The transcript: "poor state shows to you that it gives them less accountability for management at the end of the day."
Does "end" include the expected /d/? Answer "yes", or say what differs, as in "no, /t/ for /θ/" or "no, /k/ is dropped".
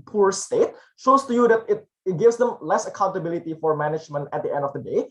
yes